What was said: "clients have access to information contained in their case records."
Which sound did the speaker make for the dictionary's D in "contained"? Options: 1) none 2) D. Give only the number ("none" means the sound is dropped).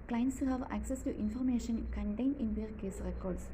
1